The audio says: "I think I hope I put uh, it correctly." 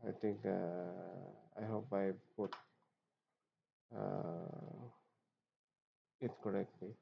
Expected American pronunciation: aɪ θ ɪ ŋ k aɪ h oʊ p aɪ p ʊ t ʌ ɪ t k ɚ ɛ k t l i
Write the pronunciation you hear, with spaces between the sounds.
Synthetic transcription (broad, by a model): aɪ t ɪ ŋ k aɪ h oʊ p aɪ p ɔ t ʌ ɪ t k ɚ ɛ k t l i